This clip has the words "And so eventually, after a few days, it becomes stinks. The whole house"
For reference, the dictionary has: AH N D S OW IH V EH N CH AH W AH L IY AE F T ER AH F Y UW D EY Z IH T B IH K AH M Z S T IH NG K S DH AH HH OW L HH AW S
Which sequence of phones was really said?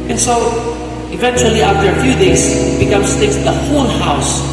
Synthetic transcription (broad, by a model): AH N S OW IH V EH N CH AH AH L IY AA F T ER AH F Y UW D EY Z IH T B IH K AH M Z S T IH K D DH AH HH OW N HH AW S